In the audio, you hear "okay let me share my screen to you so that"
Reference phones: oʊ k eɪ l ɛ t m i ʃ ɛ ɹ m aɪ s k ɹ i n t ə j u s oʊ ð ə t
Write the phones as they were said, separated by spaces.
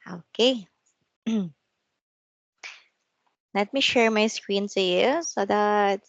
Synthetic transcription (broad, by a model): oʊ k eɪ l ɛ t m i ʃ ɛ ɹ m aɪ s k ɹ i n s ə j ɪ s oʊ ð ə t